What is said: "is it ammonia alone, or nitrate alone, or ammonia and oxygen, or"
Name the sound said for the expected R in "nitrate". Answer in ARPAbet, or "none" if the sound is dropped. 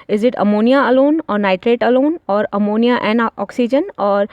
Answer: R